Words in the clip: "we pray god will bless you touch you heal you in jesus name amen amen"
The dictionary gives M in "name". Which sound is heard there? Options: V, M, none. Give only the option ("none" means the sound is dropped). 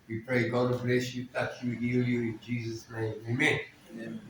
none